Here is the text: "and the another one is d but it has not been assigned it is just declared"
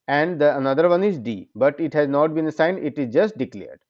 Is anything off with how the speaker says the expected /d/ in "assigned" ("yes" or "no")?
no